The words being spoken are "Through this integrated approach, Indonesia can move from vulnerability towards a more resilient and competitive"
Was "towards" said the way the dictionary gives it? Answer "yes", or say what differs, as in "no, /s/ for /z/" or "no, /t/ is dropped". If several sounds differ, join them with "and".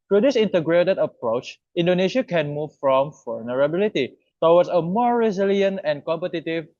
no, /w/ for /ɹ/